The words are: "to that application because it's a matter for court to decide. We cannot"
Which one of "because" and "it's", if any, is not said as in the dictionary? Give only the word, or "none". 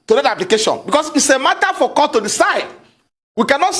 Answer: because